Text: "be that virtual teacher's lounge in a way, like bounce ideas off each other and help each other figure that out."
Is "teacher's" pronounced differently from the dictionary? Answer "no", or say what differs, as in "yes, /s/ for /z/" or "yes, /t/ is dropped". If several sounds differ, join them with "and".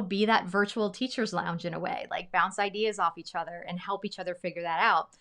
no